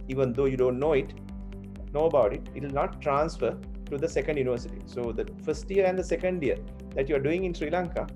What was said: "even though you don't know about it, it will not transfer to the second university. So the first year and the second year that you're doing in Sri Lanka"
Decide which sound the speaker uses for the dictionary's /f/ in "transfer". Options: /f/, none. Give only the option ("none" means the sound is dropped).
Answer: /f/